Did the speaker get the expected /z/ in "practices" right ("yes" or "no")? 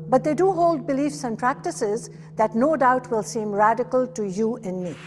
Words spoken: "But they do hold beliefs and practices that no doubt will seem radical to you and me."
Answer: yes